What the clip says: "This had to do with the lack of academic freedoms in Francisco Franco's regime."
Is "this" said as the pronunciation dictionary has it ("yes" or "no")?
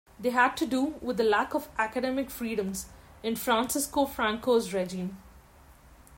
no